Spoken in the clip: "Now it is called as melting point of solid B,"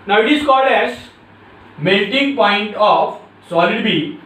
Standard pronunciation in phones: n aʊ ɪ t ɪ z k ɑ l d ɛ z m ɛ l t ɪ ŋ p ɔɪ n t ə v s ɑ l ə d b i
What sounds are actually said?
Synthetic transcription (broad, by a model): n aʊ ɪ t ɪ s k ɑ d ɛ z m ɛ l t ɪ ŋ p ɔɪ n t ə f s ɑ l ə d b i